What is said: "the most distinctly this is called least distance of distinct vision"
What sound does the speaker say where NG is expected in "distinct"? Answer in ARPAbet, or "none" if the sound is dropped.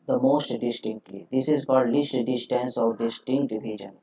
NG